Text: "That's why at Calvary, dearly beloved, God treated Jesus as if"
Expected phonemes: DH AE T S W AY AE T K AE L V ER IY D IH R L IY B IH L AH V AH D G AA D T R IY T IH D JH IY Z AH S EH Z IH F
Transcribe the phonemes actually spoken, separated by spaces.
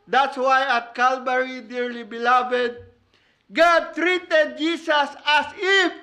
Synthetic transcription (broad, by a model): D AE T S W AY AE T K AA L B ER IY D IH R L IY B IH L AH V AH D G AA D T R IY T IH D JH IY S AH S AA S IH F